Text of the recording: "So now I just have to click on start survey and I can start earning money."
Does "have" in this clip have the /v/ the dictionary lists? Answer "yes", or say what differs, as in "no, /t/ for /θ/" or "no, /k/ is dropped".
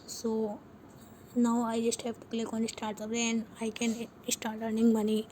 no, /p/ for /v/